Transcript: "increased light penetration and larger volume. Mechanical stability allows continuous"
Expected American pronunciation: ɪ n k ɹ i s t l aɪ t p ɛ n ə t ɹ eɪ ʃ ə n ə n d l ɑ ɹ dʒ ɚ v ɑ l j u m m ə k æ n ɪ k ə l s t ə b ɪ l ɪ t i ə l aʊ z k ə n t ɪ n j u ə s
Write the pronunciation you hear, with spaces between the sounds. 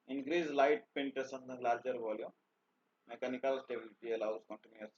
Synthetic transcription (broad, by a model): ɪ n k ɹ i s l aɪ t p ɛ n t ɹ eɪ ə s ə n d l ɑ ɹ dʒ ɚ b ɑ l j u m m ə k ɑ n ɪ k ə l s t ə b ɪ l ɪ t i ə l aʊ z k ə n t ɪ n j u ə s